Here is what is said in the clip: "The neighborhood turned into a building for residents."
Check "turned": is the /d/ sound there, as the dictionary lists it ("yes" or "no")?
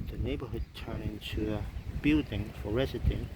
no